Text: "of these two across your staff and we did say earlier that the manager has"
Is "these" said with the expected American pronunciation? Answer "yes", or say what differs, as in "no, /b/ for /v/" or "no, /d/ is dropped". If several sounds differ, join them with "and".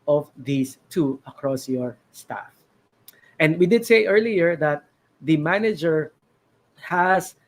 no, /s/ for /z/